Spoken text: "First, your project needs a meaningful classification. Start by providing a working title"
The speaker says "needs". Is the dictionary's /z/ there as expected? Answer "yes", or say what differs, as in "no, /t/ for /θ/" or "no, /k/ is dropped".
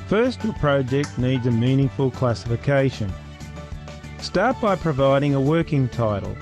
yes